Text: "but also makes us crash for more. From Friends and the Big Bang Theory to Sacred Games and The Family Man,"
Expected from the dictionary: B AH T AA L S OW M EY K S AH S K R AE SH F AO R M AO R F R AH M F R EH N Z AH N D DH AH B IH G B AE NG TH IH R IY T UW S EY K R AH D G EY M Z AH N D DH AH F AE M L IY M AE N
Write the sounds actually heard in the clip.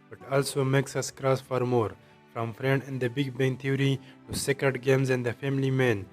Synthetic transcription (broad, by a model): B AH T AA L S OW M EY K S AH S K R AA S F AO R M AO R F R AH M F R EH N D AH N D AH B IH G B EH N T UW R IY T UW S EY K R AH D G EY M Z AH N D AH F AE M L IY M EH N